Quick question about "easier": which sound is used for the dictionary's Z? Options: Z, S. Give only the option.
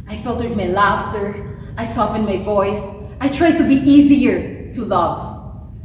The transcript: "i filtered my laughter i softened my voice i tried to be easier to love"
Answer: Z